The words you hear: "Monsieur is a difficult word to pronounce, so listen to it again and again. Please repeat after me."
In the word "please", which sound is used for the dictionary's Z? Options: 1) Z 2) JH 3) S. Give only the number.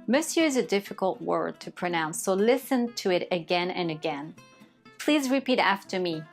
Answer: 1